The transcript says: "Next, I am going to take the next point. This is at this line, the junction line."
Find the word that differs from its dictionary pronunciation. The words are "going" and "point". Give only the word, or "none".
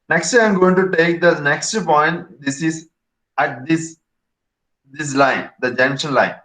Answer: none